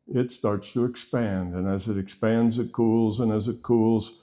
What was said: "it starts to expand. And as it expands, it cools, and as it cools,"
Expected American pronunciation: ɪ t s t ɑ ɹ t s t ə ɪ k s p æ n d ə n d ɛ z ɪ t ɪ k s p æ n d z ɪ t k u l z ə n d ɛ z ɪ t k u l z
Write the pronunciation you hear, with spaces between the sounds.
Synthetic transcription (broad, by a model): ɪ t s t ɑ ɹ t s t ə ɪ k s p æ n d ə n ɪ z ɪ t ɪ k s p æ n d z ɪ t k u l z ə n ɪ z ɪ t k u l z